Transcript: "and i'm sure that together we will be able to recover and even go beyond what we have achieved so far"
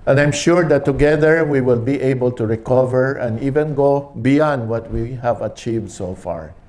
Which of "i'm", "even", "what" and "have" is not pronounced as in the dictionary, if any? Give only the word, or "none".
none